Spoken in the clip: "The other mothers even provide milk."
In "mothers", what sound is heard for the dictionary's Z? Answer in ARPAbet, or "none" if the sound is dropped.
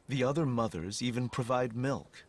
Z